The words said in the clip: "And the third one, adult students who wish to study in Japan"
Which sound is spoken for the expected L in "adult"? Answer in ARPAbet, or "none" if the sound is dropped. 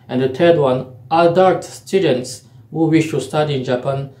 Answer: none